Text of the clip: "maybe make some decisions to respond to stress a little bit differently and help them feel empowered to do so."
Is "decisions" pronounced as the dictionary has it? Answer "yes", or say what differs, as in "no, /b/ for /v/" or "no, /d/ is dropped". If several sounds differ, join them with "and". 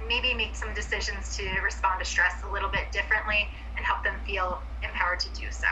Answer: yes